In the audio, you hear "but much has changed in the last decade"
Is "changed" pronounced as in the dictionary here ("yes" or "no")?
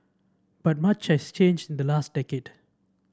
yes